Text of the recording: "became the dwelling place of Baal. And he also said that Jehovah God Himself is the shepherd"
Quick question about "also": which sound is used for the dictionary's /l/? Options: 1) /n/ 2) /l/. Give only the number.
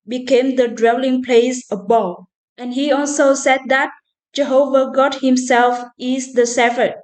2